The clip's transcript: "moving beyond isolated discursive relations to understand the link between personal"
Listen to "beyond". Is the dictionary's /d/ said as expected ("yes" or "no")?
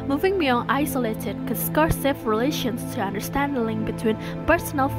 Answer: no